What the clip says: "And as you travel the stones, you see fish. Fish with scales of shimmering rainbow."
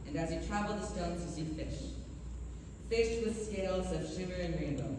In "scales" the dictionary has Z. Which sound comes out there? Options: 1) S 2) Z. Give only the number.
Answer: 2